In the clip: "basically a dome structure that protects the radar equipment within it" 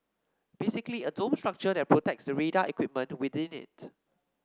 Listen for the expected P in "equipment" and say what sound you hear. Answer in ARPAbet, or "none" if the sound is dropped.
P